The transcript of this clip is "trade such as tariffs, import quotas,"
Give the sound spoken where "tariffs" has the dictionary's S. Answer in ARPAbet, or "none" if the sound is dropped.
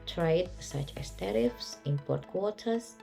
S